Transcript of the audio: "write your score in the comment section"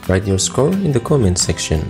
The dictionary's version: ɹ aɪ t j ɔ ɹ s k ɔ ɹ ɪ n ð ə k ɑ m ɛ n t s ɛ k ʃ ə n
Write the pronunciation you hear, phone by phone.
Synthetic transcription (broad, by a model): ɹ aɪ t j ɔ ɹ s k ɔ l ɪ n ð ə k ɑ m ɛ n s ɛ k ʃ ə n